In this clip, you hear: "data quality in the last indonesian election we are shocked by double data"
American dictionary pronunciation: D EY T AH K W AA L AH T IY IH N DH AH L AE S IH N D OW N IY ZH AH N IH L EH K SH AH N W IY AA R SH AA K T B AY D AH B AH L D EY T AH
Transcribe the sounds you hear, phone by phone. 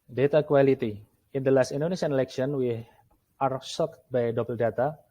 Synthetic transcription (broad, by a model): D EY T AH K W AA L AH T IY IH N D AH L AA S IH N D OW N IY SH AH N IH L EH K SH AH N W IY AA R S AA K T B AY D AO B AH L D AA T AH